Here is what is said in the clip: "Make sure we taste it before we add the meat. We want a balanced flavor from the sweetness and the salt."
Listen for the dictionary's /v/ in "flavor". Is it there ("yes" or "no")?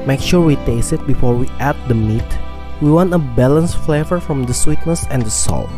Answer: yes